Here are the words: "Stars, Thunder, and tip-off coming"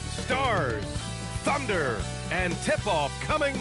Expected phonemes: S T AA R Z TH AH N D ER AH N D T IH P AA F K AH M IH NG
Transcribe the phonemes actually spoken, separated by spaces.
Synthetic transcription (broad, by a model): S T AA R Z TH AH N D ER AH N T IH P AA F K AH M IH NG